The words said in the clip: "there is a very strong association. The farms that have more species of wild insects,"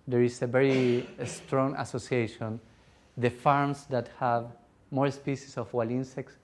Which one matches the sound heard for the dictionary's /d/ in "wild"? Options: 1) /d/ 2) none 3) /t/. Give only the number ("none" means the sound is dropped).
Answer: 2